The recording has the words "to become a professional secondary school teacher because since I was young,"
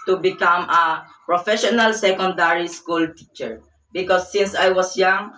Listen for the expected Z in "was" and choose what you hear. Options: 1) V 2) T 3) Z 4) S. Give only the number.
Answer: 4